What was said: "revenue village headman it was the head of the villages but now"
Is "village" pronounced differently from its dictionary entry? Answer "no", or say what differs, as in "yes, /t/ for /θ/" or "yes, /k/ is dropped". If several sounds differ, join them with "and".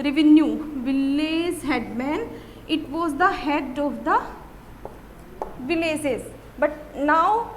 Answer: yes, /z/ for /dʒ/